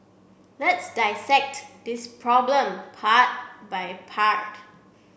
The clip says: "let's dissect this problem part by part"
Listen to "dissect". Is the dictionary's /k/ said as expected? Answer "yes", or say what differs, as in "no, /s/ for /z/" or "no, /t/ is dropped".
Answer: yes